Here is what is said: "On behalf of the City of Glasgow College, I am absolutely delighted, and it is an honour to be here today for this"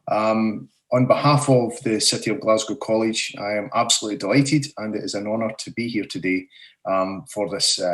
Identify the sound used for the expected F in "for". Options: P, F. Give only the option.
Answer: F